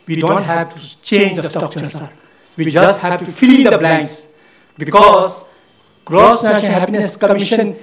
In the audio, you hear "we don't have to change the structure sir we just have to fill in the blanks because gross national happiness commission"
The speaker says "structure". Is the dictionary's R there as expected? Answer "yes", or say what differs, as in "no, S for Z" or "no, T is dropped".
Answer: no, R is dropped